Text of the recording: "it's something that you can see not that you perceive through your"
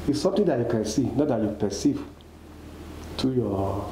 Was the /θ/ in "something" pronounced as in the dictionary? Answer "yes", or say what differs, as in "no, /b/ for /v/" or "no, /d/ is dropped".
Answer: no, /t/ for /θ/